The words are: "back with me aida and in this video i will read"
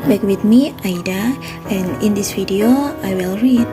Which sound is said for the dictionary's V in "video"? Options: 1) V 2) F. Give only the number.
2